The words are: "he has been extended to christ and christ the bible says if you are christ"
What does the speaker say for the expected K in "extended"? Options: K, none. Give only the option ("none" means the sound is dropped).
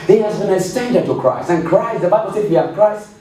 none